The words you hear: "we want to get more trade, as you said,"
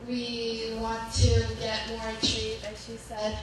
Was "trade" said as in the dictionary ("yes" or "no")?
no